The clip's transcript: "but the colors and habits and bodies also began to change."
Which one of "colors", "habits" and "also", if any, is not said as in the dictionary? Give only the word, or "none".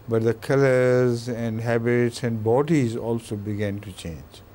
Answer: none